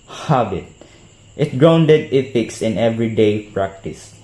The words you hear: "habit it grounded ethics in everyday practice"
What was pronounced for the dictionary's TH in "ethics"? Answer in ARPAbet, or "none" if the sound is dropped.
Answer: F